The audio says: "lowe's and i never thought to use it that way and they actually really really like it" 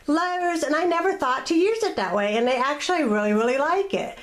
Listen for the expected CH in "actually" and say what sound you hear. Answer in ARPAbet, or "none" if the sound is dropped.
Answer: CH